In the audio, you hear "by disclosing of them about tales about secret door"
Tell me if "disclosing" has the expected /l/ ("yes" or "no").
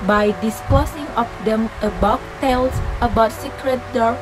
no